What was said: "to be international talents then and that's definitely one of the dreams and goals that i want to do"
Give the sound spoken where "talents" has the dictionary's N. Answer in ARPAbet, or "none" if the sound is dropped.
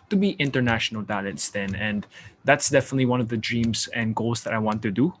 none